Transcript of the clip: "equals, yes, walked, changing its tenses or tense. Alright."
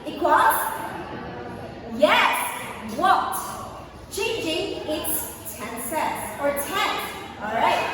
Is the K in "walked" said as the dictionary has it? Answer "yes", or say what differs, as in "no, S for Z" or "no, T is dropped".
no, K is dropped